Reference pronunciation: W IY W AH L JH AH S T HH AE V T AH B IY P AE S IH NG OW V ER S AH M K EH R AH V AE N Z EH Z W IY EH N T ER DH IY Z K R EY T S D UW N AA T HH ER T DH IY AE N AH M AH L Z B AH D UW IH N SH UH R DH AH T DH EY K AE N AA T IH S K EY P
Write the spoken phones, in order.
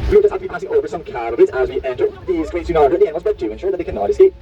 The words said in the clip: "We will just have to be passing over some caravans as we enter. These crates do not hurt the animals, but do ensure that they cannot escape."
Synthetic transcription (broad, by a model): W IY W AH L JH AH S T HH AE F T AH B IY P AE S IH NG OW V ER S AH M K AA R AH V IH Z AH Z W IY EH N T ER DH IY Z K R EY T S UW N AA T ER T DH IY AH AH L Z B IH D UW IH N SH UH R DH AH T DH EY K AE N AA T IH S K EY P